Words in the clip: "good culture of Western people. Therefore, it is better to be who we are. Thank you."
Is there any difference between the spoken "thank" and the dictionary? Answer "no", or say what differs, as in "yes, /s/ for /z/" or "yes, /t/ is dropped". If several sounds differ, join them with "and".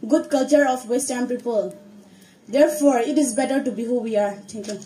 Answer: yes, /t/ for /θ/